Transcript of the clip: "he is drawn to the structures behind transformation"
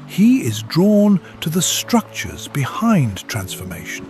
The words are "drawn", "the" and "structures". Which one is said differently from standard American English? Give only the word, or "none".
none